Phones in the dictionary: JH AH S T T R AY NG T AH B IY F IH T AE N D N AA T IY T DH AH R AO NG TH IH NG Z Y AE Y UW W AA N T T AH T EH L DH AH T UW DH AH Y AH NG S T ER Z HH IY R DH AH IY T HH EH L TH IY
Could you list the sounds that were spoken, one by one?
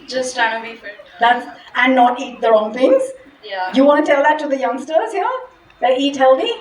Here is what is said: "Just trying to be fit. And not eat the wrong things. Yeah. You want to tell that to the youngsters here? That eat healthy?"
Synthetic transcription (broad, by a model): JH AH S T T AY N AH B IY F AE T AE N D N AA T IY T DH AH R AO NG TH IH NG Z Y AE Y UW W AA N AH T EH L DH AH T UW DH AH Y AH NG S T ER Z HH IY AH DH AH IY T HH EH L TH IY